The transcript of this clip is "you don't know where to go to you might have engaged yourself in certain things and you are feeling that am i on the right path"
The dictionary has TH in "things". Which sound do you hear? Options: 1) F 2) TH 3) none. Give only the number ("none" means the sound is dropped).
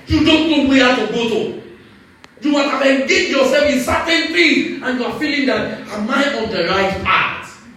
1